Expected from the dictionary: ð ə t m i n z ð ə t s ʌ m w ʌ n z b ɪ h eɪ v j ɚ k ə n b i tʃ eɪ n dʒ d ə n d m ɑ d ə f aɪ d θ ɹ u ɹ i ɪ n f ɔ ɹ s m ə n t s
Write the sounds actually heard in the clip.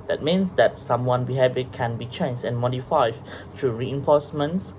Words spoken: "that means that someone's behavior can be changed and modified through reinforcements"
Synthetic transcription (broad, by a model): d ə t m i n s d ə t s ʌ m w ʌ n b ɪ h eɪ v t k ə n b i tʃ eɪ n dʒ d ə n m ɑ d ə f aɪ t ɹ u ɹ i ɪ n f ɔ s m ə n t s